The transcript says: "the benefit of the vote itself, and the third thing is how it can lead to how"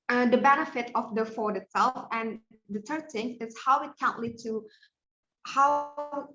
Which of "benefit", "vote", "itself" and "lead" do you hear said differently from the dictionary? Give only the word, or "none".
vote